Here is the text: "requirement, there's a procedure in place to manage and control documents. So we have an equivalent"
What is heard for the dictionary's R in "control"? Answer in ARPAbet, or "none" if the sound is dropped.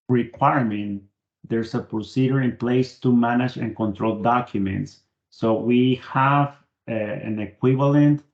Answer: R